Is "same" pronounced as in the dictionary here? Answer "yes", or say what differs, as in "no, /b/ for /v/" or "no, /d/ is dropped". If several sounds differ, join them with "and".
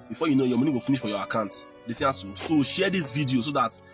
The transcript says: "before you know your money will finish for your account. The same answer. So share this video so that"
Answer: no, /m/ is dropped